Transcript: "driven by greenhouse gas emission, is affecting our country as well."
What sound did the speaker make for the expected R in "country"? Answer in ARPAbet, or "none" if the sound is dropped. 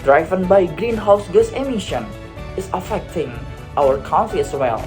none